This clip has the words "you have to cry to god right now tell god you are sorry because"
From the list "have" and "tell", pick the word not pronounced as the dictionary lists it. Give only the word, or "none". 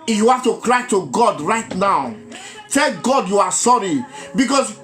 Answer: have